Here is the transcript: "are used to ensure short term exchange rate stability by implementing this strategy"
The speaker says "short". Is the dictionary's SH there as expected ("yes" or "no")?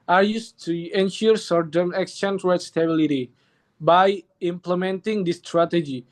no